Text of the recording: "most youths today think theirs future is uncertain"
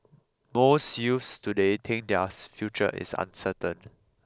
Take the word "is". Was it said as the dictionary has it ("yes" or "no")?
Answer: no